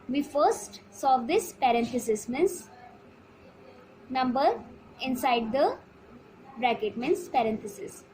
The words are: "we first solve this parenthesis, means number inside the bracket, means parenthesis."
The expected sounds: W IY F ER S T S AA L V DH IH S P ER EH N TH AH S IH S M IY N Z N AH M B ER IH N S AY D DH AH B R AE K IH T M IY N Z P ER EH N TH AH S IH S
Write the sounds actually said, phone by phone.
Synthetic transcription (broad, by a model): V IY F ER S T S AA V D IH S P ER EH N T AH S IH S M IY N S N AH M B ER IH N S AY D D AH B R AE K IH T M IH N S P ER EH N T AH S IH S